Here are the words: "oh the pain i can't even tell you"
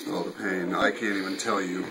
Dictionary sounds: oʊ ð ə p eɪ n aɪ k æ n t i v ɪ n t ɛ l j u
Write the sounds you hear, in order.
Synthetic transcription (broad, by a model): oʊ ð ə p eɪ n aɪ k æ n t i v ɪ n t ɛ l j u